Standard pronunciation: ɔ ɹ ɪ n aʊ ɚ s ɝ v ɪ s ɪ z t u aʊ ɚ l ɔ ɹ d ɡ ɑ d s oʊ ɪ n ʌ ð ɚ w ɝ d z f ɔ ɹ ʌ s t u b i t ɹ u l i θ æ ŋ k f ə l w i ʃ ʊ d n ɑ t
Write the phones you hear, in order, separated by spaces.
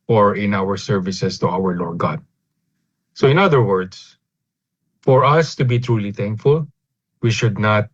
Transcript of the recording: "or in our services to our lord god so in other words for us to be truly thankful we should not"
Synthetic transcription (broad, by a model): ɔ ɹ ɪ n aʊ ɚ s ɝ v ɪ s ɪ s t u aʊ ɚ l ɔ ɹ d ɡ ɑ d s oʊ ɪ n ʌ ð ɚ w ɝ d s f ɔ ɹ ʌ s t u b i t ɹ u l i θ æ ŋ k f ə l w i ʃ ʊ d n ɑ t